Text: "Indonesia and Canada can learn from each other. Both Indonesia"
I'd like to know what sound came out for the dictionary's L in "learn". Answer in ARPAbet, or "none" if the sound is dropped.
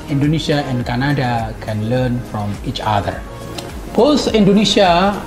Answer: L